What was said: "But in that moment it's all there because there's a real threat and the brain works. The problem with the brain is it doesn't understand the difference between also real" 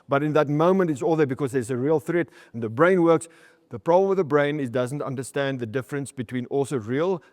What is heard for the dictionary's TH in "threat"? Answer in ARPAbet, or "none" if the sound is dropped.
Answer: TH